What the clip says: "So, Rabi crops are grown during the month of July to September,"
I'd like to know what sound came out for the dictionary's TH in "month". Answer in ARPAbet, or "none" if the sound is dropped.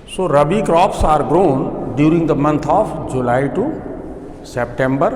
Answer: T